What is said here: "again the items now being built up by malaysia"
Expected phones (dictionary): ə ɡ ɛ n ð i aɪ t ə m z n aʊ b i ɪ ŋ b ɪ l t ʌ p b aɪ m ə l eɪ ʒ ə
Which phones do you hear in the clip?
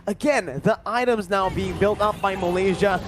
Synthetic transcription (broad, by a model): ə ɡ ɛ n ð i aɪ t ə m z n aʊ b i ɪ ŋ b ɪ l t ʌ p b aɪ m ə l eɪ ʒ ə